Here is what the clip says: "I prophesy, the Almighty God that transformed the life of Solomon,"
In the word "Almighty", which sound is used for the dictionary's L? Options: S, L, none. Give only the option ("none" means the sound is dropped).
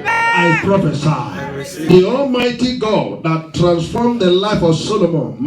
L